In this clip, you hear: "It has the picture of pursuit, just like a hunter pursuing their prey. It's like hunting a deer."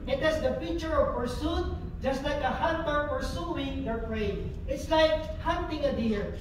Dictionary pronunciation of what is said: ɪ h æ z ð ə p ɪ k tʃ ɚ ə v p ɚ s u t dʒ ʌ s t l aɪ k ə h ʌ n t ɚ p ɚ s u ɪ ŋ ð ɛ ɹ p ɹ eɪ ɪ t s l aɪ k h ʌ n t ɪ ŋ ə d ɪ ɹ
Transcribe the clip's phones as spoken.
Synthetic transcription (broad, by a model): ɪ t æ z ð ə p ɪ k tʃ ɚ ə v p ɚ s u t dʒ ʌ s t l aɪ k ə h ʌ n t ɚ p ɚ s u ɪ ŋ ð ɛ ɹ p ɹ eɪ ɪ t s l aɪ k h ʌ n t ɪ ŋ ə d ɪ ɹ